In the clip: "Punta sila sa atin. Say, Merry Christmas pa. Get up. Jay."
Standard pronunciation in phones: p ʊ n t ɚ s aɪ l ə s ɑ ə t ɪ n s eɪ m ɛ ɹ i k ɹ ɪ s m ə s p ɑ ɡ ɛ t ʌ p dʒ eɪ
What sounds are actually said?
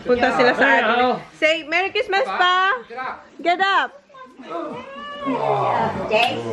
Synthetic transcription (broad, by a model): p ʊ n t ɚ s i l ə s ɑ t s eɪ m ɛ ɹ i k ɪ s m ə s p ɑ ɡ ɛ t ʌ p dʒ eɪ